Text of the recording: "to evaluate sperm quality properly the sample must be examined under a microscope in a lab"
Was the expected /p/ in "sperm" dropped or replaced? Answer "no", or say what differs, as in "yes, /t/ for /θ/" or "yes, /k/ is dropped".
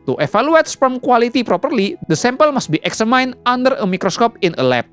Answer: yes, /f/ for /p/